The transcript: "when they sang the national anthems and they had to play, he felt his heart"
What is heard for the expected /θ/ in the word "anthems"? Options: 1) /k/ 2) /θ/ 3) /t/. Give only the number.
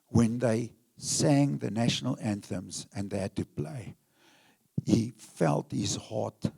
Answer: 2